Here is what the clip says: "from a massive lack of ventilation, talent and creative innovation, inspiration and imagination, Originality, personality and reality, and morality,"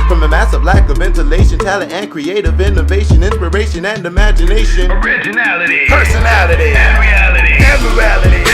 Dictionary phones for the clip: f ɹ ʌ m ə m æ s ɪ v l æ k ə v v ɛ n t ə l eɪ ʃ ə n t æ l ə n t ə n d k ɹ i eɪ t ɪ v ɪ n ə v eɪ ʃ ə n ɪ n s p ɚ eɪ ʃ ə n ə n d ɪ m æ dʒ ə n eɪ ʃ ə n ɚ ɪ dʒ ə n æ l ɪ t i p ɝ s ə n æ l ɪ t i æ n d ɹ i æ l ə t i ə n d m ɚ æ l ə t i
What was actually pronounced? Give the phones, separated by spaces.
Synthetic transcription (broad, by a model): f ɹ ʌ m ə m æ s ɪ v l æ k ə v v ɛ n t ə l eɪ ʃ ə n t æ l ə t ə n k ɹ i eɪ t ɪ v ɪ n ə v eɪ ʃ ə n ɪ n s p ɚ eɪ ʃ ə n ə n d ɪ m æ dʒ ə n eɪ ʃ ə n ɚ ɪ dʒ ə n æ l ɪ t i p ɝ s ə n æ l ɪ t i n ɹ i æ l ə t i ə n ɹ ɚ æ l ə t i